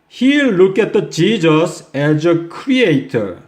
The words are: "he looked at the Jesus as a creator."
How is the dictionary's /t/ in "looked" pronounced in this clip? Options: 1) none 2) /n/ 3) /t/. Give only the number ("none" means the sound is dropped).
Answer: 1